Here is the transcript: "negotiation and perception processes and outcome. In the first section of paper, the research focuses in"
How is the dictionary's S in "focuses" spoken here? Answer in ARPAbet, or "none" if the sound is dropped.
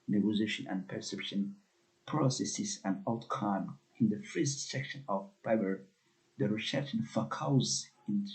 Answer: none